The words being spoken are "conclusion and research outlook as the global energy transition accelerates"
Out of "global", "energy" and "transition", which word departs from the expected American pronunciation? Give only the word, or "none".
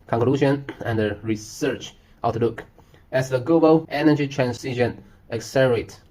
transition